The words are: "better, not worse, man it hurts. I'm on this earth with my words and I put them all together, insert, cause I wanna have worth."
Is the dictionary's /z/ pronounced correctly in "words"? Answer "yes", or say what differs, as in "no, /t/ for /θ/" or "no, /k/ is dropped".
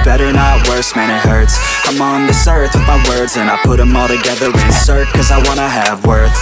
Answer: yes